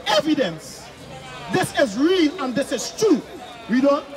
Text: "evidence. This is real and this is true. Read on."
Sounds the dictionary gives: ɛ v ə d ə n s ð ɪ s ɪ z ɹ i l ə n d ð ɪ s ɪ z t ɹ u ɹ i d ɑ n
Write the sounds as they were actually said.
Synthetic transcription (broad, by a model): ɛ v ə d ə n s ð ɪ s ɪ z ɹ i l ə n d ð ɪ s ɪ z t ɹ u w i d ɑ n